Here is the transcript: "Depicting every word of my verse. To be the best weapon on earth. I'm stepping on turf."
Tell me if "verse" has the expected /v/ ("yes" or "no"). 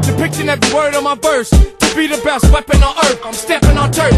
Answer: no